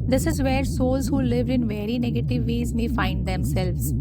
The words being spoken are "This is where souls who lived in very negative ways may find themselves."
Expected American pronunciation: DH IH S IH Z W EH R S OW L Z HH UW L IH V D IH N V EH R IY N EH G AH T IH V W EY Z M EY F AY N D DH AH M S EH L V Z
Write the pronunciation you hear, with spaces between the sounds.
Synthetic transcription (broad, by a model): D IH S IH Z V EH R S OW L Z HH UW L IH V D IH N V EH R IY N EH G AH T IH V EY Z M EY F AY N D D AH M S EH L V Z